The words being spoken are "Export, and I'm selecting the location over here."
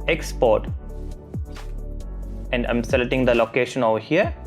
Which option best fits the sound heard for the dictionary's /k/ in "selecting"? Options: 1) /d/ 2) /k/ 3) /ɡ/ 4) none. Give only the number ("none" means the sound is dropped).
4